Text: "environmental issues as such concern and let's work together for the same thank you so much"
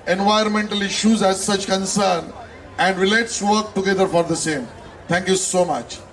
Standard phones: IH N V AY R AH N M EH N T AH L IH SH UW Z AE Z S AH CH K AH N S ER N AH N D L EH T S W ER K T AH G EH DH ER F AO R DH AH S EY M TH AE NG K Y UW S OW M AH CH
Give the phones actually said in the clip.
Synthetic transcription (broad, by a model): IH N V AY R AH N M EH N T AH L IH SH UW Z AE Z S AH CH K AH N S ER N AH N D L EH T S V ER K T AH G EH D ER F AO R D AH S EY M T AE NG K Y UW S OW M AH CH